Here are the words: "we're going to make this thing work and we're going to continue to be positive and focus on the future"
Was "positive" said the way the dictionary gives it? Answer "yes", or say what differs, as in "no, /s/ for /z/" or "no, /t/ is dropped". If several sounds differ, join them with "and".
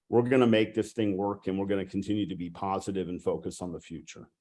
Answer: yes